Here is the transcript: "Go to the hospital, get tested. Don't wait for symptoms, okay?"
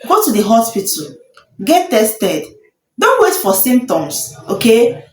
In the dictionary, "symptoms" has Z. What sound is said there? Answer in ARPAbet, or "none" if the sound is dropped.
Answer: S